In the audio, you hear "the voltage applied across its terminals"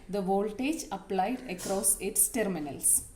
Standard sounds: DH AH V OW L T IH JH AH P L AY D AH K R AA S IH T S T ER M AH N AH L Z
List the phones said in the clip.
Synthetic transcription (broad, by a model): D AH V OW L T IH JH AH P L AY D AH K R AA S IH T S T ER M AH N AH L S